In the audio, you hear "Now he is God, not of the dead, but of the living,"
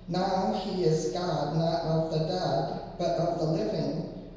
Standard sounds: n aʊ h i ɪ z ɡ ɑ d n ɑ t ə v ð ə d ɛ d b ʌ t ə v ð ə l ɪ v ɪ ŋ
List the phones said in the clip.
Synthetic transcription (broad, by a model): n aʊ h i ɪ z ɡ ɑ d n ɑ t ə v ð ə d ɛ d b ʌ t ə v ð ə l ɪ v ɪ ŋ